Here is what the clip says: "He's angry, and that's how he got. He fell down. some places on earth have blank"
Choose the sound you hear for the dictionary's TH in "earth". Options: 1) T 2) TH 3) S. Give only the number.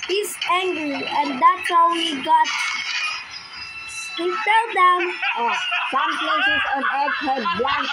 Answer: 1